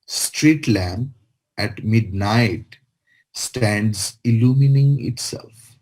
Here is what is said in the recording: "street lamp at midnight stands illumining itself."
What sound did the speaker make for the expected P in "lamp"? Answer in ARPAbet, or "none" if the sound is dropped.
none